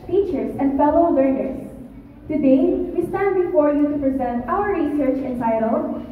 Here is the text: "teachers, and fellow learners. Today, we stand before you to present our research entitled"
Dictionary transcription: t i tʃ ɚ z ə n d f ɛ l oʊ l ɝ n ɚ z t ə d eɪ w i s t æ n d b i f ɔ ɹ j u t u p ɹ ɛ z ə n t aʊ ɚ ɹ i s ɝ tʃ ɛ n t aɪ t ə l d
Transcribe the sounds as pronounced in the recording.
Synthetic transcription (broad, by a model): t i tʃ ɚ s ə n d f ɛ l oʊ w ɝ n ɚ s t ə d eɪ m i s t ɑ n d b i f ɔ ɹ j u t u p ɹ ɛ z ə n t aʊ ɚ ɹ i s ɝ tʃ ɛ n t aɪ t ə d